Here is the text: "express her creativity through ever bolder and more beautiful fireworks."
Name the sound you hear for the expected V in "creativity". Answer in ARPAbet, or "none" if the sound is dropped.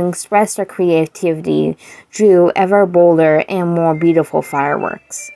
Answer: V